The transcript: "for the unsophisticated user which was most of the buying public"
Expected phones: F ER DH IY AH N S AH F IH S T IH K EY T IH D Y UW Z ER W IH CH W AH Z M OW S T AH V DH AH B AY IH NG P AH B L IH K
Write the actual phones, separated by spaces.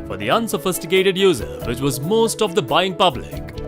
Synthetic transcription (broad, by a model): F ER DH IY AH N S AH F IH S T IH K EY T IH D Y UW Z ER W IH CH W AH Z M OW S T AH V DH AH B AY IH NG P AH B L IH K